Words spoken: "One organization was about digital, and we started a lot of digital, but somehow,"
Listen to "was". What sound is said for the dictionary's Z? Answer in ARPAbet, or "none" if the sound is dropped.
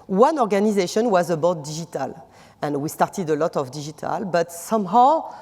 Z